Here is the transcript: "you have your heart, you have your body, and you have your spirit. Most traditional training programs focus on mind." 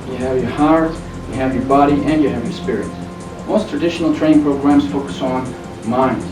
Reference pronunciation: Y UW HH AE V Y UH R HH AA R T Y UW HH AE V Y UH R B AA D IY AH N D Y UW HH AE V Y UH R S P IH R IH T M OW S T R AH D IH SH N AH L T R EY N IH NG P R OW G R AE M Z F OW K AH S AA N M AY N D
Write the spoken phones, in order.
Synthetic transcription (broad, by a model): Y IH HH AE V Y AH R HH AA R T Y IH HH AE V Y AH R B AA D IY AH N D Y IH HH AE V Y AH R S P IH R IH T M OW S T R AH D IH SH N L T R EY IH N P R OW G R AE M Z F OW K AH S N M AY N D